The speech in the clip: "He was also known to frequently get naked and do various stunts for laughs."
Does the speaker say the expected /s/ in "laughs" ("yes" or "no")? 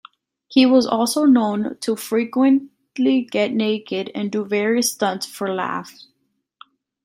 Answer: no